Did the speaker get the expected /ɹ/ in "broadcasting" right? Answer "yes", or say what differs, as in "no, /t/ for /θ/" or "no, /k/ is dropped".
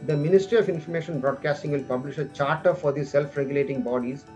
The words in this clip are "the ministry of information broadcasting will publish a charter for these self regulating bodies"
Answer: yes